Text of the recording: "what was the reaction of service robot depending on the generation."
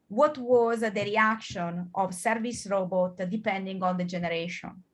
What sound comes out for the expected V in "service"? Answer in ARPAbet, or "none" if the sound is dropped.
V